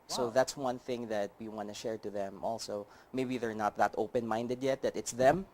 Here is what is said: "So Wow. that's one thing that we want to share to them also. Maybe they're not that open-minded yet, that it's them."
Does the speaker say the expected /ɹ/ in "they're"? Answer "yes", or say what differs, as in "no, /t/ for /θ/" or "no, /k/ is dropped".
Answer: yes